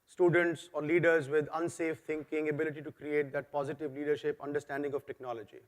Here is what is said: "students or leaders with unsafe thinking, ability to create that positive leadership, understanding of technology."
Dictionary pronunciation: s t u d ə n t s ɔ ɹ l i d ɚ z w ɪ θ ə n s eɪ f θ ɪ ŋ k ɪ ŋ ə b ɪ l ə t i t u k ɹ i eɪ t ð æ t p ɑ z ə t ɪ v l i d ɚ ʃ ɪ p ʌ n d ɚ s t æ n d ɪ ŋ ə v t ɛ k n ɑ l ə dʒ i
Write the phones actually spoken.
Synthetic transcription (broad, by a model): s t u d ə n t s ɔ ɹ l i d ɚ z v ɪ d ə n s eɪ f t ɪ ŋ k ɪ ŋ ə b ɪ l ə t i t u k ɹ i eɪ t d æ t p ɑ z ə t ɪ v l i d ɚ ʃ ɪ p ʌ n d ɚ s t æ n d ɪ ŋ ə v t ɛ k n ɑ l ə dʒ i